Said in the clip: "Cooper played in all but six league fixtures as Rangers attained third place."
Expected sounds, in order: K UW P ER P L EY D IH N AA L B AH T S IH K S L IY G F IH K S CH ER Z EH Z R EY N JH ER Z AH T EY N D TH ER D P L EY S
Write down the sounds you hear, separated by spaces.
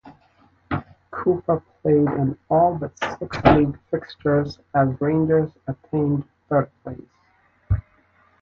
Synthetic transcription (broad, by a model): K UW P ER P L EY D IH N AA L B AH T S IH K S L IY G F IH K S CH ER Z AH Z R EY N JH ER Z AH T EY N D TH ER D P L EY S